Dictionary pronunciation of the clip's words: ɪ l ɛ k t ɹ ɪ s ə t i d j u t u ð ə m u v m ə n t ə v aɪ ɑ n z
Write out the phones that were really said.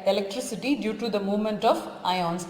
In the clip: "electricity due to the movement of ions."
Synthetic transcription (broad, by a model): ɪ l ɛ k t ɹ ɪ s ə t i d j u t u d ə m u v m ə n t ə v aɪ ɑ n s